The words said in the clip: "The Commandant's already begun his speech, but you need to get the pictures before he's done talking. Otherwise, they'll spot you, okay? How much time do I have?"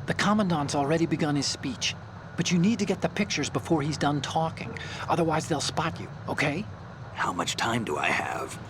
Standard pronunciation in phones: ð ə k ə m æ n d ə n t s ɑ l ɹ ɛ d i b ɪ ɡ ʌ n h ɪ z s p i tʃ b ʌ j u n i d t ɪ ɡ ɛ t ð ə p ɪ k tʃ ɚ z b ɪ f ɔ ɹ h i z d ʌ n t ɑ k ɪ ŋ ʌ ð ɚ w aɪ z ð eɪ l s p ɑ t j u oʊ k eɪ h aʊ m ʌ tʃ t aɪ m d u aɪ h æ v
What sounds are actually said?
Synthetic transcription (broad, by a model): ð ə k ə m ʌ n d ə n t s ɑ l ɹ ɛ d i b ɪ ɡ ʌ n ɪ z s p i tʃ b ʌ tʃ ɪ n i d t ɪ ɡ ɛ t ð ə p ɪ k tʃ ɚ z b ɪ f ɔ ɹ i z d ʌ n t ɑ k ɪ ŋ ʌ ð ɚ w aɪ z ð eɪ l s p ɑ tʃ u oʊ k eɪ h aʊ m ʌ tʃ t aɪ m d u aɪ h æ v